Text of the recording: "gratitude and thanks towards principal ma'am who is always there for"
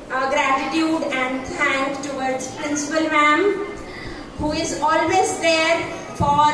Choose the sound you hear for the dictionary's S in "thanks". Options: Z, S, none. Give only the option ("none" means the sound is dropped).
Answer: none